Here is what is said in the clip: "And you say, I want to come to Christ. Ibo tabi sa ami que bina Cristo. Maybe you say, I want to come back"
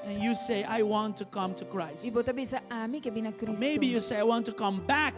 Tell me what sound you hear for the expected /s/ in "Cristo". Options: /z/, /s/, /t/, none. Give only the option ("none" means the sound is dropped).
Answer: none